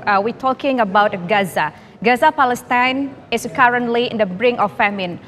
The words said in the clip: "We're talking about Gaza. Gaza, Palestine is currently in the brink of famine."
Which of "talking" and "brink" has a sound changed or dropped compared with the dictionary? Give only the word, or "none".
brink